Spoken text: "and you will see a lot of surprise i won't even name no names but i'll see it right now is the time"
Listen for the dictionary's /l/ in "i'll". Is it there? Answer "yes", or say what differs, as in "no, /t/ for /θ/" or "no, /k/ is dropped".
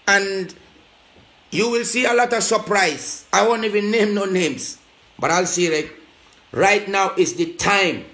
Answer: yes